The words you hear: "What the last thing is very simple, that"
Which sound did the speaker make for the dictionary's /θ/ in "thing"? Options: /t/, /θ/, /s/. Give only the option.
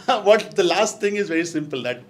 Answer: /t/